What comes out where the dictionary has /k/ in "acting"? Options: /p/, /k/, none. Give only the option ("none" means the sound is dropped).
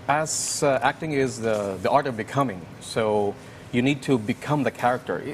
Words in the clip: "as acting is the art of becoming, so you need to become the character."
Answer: /k/